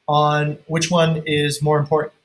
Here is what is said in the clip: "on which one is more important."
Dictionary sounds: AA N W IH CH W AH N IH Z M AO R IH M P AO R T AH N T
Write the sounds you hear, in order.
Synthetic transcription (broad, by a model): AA N W IH CH W AH N IH Z M AO R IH M P AO R T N